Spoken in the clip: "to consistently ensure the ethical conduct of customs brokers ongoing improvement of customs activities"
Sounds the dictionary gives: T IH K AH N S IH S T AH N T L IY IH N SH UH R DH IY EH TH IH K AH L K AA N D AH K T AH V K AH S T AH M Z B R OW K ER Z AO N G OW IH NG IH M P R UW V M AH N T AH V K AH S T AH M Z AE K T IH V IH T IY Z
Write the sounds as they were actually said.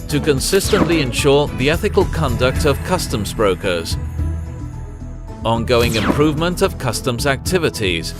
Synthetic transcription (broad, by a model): T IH K AH N S IH S T AH N T L IY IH N SH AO R DH IY EH TH IH K AH L K AA N D AH K T AH V K AH S T AH M Z B R OW K ER Z AO N G OW IH NG IH M P R UW V M AH N T AH V K AH S T AH M Z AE K T IH V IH T IY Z